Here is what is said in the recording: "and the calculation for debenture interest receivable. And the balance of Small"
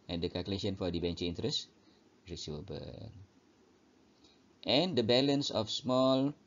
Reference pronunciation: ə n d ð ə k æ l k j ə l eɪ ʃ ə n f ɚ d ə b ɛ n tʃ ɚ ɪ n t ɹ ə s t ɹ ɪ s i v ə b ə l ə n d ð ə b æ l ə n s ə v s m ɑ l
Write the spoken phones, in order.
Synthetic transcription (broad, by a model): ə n d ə k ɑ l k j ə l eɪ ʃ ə n f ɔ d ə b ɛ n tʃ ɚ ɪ n t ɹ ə s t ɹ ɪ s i ə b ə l ə n d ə b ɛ l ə n s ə f s m ɑ l